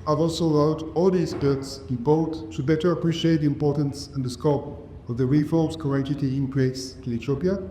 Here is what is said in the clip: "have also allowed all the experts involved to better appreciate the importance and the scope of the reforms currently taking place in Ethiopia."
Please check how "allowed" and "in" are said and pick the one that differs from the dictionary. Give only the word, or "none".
in